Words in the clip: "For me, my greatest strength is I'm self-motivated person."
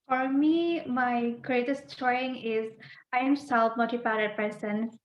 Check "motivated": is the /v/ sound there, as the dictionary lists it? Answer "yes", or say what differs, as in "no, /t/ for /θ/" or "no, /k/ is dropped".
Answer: no, /p/ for /v/